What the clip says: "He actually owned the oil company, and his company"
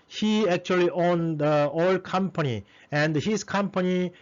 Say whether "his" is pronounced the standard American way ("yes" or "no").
no